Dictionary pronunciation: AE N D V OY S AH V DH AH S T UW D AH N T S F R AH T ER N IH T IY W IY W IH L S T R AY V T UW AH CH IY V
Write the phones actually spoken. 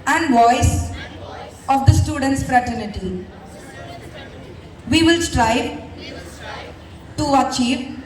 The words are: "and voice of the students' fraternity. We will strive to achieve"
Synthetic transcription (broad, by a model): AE N D V OY S AH V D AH S T UW D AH N T S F R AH T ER N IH T IY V IY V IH L S T R AY V T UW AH CH IY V